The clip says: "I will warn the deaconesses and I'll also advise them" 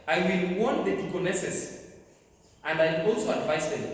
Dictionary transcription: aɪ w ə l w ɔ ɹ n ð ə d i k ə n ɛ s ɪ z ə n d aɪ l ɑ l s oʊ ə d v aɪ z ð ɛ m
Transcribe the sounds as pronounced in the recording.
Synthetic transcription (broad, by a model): aɪ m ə n w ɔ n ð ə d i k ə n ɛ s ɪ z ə n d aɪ ɑ l s oʊ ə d v aɪ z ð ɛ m